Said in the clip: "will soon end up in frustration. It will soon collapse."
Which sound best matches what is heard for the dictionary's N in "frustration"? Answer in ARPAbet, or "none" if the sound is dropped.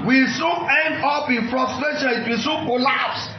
L